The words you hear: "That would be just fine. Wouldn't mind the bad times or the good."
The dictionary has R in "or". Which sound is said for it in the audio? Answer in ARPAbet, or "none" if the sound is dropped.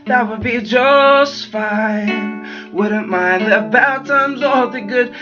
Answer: L